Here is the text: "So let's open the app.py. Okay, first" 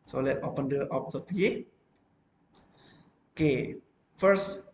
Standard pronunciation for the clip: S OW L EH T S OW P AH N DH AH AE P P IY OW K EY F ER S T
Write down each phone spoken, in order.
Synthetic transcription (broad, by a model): S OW L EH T OW P AH N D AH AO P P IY OW K EY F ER S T